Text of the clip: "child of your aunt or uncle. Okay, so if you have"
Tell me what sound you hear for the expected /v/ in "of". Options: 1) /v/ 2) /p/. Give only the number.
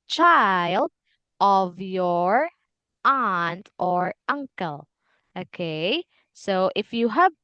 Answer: 1